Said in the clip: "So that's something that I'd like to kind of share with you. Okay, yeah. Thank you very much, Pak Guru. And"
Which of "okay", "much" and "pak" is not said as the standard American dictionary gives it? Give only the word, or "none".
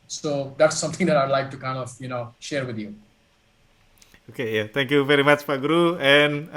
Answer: pak